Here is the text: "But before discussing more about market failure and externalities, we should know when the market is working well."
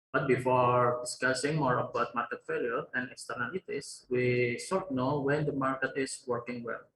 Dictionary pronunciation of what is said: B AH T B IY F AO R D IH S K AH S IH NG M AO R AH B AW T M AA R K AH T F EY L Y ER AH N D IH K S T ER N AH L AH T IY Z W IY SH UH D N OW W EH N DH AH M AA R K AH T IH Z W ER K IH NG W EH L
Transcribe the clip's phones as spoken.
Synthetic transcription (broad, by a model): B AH T B IY F AO R D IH S K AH S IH NG M AO R AH B AW T M AA R K AH T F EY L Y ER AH N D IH K S T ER N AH L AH T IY S W IY S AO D N OW W EH N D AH M AA R K AH T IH S W ER K IH NG W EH L